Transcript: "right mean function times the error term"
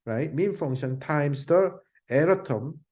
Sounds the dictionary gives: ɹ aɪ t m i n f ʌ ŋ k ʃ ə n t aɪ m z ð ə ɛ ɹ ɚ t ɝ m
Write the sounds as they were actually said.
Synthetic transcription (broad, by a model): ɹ aɪ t m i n f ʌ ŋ ʃ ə n t aɪ m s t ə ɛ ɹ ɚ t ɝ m